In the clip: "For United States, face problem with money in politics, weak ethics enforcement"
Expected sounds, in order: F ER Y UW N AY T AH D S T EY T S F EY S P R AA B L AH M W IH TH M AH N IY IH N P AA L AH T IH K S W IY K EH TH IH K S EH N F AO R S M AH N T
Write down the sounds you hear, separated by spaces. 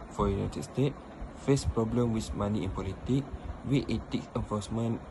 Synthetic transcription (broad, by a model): F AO Y UW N AY T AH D S T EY T F EY S P R AA B L AH M W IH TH M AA N IY IH N P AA L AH T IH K W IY EH T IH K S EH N F AO S M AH N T